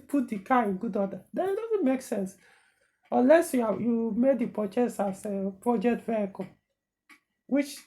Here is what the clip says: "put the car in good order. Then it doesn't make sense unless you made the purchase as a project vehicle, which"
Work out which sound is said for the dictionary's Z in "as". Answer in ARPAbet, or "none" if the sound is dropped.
S